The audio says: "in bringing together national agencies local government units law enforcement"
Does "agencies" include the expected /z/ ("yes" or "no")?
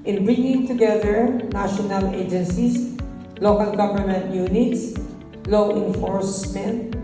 no